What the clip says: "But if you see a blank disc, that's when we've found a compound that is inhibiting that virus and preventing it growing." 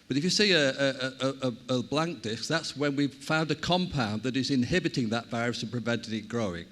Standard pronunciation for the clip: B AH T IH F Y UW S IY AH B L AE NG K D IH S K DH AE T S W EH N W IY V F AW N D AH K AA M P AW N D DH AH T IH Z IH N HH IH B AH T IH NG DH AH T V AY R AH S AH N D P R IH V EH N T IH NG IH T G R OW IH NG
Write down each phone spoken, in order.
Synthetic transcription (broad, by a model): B AH T IH F Y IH S IY AH B L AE NG K D IH S K DH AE T S W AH N W IY V F AW N D AH K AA M P AW N DH AH T IH Z IH N HH IH B AH T IH NG DH AH T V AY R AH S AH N P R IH V EH N T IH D IH T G R OW IH NG